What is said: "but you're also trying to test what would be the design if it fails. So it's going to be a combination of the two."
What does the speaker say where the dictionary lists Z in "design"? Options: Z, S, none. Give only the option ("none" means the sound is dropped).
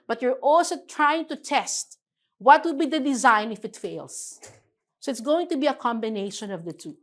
Z